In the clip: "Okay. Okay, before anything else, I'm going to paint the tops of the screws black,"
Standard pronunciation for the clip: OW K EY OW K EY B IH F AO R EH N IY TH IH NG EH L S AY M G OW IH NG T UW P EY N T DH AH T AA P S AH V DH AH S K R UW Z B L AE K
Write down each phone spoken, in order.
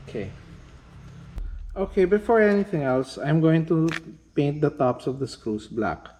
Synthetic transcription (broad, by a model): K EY OW K EY B IH F AO R EH N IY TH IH NG EH L S AY M G OW IH NG T UW P EY N T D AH T AA P S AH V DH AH S K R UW S B L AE K